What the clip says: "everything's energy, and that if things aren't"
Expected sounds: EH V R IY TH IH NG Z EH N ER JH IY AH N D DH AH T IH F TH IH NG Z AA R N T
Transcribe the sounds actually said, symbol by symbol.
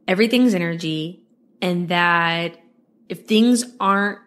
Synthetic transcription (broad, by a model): EH V R IY TH IH NG Z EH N ER JH IY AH N DH AH T IH F TH IH NG Z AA R N T